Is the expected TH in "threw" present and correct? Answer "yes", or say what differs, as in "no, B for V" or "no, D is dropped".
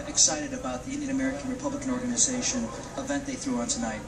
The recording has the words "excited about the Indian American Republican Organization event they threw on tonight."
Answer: yes